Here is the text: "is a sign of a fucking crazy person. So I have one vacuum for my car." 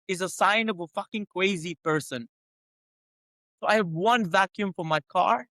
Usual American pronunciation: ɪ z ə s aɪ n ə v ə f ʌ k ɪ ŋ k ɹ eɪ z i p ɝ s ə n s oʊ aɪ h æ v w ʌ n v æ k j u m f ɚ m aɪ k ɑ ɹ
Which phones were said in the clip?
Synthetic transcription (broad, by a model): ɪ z ə s aɪ n ə v ə f ʌ k ɪ ŋ k w eɪ z i p ɝ s ə n s oʊ aɪ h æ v w ʌ n v æ k j u m f ɚ m aɪ k ɑ ɹ